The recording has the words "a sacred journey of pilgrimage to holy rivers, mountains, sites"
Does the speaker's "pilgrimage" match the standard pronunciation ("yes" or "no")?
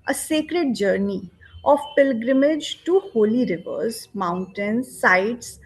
yes